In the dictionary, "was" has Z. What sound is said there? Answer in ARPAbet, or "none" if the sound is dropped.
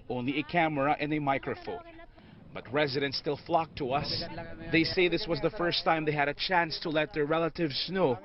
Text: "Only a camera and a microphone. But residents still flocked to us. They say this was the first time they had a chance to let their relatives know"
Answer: Z